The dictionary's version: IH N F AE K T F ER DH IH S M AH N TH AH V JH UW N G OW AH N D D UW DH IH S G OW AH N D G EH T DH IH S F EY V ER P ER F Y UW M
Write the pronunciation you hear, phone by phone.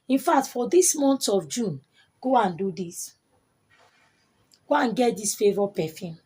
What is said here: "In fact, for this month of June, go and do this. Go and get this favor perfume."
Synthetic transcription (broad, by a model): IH N F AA K T F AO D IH S M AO N T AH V JH UW N G OW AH N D D UW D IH S G OW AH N G EH T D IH S F EY V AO P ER F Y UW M